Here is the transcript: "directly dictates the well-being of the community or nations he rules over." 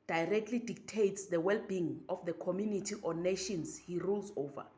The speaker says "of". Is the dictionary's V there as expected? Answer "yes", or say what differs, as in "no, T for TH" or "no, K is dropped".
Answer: no, F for V